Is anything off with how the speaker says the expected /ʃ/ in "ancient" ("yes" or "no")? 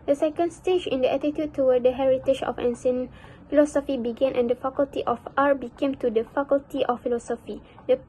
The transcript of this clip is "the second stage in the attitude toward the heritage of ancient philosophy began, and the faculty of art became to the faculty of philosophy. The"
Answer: yes